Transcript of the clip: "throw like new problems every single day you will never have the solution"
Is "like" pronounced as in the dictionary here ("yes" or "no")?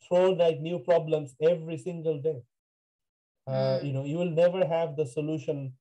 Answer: no